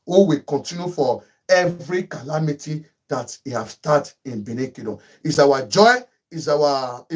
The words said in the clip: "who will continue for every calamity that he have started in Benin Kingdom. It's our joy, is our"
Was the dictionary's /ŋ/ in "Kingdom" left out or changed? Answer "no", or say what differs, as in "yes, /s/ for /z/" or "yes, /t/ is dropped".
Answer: yes, /ŋ/ is dropped